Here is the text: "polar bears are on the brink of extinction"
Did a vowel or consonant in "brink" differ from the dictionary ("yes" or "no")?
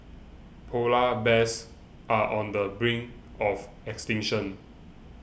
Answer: yes